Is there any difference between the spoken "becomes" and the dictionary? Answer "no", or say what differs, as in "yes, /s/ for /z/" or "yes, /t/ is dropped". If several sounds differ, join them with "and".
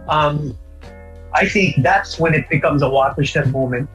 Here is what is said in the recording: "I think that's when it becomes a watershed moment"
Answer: no